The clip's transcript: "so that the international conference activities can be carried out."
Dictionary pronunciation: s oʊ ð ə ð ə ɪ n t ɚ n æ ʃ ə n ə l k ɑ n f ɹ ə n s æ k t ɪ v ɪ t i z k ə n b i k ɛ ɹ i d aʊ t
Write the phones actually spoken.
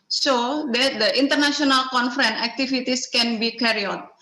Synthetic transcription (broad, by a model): s oʊ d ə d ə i n t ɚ n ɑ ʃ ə n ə l k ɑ n f ɹ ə n æ k t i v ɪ t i s k ə n b i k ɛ ɹ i ɔ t